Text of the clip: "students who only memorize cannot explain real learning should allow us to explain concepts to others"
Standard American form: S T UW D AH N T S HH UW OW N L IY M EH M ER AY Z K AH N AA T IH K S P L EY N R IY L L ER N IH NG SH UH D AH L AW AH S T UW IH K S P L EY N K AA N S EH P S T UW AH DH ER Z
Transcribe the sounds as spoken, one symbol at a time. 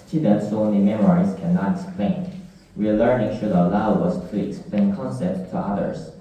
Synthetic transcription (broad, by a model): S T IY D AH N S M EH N IY M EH M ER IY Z K AH N AA T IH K S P L EY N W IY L L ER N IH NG SH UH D AH L AW AH S T UW IH K S P L EY N K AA N S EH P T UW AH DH ER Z